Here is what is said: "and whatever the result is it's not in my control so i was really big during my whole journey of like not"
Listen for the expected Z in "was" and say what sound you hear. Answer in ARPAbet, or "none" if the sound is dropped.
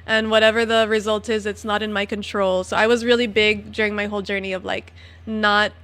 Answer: Z